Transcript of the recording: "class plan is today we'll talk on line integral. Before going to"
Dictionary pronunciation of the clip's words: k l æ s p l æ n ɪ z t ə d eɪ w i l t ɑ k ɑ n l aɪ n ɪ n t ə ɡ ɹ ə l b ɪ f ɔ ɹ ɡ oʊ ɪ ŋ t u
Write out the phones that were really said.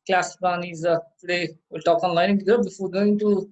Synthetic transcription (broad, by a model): k l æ s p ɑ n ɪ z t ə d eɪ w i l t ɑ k ɑ n l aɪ ɪ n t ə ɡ ə b ɪ f ɔ ɹ ɡ oʊ ɪ ŋ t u